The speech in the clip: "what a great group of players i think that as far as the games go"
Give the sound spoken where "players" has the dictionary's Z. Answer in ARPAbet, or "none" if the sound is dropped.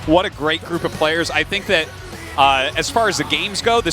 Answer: Z